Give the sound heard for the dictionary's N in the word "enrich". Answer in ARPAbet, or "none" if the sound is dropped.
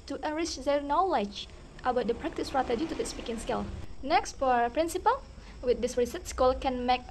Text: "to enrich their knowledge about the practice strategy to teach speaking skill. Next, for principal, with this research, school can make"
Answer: none